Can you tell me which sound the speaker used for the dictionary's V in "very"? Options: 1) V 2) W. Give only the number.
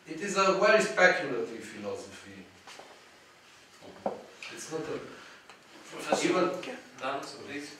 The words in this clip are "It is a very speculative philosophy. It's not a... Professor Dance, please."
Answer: 2